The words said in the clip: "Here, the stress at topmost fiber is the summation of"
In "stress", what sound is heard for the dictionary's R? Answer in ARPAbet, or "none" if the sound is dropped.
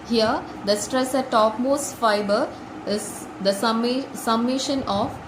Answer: R